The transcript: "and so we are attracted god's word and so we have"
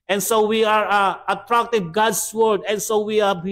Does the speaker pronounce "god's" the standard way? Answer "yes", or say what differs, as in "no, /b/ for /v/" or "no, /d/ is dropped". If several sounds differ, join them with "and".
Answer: no, /s/ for /z/